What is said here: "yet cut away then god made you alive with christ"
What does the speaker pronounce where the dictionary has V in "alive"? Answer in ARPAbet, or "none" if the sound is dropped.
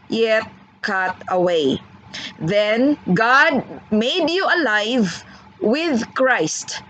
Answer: V